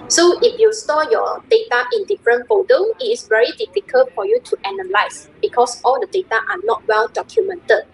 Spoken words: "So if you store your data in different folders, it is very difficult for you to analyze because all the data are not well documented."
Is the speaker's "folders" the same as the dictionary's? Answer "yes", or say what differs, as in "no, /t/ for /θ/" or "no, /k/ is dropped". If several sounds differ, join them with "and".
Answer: no, /l/ is dropped and /z/ is dropped